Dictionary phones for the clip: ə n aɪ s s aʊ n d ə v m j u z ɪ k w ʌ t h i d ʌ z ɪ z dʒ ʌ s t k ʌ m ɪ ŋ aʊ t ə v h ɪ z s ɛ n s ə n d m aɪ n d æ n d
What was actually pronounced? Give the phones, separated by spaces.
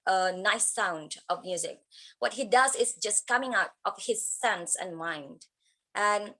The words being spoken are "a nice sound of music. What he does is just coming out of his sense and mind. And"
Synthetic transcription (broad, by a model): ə n aɪ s s aʊ n d ə v m j u z ɪ k w ʌ t h i d ʌ z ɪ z dʒ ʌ s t k ʌ m ɪ ŋ aʊ t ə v h ɪ z s ɛ n s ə n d m aɪ n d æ n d